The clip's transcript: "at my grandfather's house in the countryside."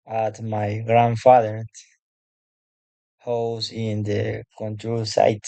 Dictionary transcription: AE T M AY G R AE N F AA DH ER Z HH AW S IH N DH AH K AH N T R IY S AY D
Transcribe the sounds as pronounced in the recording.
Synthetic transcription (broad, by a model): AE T M AY G R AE N F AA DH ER HH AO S IH N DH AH K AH N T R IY S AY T